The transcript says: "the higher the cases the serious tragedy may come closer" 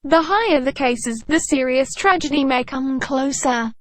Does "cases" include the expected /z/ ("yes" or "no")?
yes